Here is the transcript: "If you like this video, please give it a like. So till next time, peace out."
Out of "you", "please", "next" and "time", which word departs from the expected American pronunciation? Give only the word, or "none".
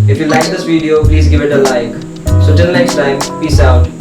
none